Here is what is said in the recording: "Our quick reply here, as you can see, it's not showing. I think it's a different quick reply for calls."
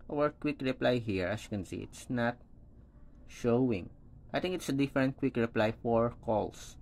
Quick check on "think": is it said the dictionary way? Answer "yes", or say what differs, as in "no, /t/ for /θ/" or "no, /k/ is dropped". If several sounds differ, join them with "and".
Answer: no, /t/ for /θ/